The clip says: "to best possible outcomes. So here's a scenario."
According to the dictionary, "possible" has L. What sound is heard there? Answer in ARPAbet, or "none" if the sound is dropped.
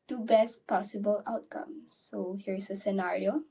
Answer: L